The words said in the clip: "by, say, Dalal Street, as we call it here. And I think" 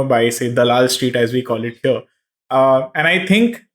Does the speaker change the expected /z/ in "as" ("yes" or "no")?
no